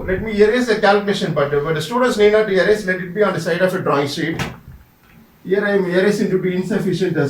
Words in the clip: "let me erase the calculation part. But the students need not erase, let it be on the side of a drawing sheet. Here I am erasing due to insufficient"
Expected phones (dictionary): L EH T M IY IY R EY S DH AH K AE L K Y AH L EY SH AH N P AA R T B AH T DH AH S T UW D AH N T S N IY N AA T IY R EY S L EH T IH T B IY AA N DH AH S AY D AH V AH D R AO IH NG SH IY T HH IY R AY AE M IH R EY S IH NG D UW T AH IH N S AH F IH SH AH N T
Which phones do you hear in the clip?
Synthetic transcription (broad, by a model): L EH T M IY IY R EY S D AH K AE L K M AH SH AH N B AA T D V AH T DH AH S T UW D AH N T S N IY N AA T IY R EY S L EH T IH T B IY AA N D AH S AY D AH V AH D R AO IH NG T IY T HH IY R AY M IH R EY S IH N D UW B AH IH N S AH F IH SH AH N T